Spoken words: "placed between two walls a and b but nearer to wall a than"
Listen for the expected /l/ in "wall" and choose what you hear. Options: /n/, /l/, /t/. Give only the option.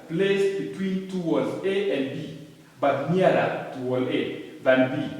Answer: /l/